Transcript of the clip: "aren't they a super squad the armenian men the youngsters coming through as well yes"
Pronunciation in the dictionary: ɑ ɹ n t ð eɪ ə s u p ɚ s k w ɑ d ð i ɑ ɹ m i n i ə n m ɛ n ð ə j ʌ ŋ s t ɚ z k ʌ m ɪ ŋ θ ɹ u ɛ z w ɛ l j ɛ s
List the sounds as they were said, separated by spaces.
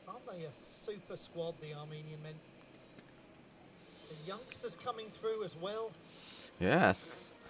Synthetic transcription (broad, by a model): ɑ n ð eɪ ə s u p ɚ s k w ɑ d ð i ɑ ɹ m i n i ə n m ɛ n ð ə j ʌ ŋ s t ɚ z k ʌ m ɪ ŋ θ ɹ u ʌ z w ɛ l j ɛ s